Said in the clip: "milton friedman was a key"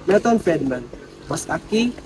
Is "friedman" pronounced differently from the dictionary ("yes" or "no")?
yes